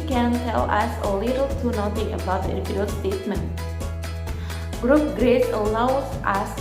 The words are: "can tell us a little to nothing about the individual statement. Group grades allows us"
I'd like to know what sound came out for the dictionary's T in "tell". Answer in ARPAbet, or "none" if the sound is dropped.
T